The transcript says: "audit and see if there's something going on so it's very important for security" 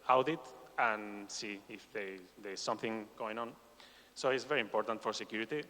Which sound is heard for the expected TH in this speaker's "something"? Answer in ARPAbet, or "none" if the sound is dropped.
TH